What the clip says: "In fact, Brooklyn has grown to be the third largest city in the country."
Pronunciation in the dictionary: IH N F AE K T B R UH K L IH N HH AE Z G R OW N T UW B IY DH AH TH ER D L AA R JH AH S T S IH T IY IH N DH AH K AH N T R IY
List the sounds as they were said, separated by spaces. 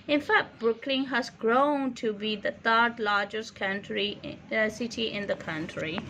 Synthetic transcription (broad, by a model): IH N F AE K T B R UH K L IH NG HH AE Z G R OW N T UW B IY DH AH T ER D L AA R JH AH S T S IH T IY IH N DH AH K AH N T R IY